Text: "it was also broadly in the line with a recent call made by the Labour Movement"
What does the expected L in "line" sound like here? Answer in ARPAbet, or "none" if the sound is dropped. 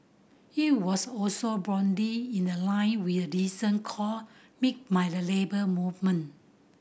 L